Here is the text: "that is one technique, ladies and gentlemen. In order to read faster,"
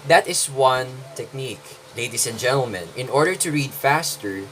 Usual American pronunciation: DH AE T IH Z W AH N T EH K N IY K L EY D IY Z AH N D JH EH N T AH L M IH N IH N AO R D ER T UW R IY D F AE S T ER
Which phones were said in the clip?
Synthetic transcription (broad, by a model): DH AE T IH S W AH N T EH K N IY K L EY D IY S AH N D JH EH N T AH L M IH N IH N AO R D ER T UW R IY D F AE S T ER